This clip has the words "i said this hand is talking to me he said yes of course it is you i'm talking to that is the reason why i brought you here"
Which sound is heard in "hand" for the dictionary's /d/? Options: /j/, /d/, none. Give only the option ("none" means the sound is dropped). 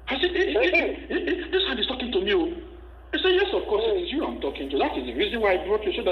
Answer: none